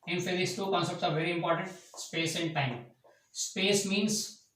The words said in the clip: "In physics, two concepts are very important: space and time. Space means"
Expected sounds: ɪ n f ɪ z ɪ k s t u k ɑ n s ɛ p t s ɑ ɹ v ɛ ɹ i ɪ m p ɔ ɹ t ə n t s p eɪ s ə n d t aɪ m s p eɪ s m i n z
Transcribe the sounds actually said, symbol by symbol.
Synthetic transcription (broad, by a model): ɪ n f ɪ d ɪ s t u k ɑ n s ɛ p t s ɑ ɹ v ɛ ɹ i ɪ m p ɔ ɹ t ə n t s p eɪ s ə n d t aɪ m s p eɪ s m i n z